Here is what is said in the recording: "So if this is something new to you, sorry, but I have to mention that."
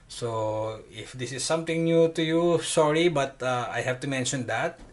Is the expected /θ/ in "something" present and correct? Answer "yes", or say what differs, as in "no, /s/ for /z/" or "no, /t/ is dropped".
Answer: no, /t/ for /θ/